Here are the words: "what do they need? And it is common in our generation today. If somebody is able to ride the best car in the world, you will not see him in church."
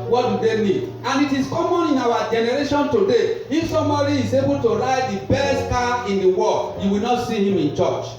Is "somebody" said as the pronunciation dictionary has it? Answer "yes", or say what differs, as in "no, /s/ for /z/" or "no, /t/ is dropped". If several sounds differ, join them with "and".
no, /b/ is dropped